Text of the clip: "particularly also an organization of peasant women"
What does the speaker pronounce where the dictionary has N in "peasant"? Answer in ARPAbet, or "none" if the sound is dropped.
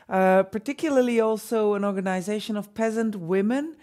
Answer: N